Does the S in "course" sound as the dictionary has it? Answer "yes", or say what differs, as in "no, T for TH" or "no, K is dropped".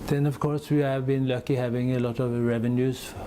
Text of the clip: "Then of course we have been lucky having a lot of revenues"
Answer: yes